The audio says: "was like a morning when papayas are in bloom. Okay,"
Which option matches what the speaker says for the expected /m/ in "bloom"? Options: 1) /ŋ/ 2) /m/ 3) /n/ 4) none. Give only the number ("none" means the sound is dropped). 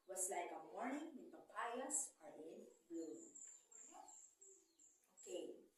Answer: 4